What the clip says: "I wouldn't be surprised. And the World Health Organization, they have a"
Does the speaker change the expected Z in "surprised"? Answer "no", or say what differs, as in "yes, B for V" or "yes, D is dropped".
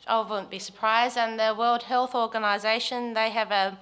no